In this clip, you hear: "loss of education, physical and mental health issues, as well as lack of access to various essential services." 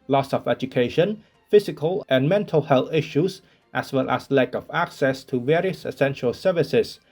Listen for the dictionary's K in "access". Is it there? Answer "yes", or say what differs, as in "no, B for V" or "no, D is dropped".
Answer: yes